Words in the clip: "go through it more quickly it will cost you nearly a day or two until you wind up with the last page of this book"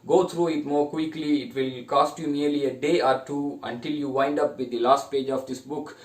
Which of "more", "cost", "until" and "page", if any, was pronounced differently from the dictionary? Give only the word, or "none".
none